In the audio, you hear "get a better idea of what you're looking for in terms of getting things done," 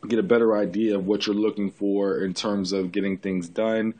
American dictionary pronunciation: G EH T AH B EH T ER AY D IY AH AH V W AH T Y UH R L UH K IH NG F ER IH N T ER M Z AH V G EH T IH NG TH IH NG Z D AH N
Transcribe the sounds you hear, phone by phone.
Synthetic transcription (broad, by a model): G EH T AH B EH T ER AY D IY AH AH V W AH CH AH R L UH K IH NG F ER IH N T ER M Z AH V G EH T IH NG TH IH NG Z D AH N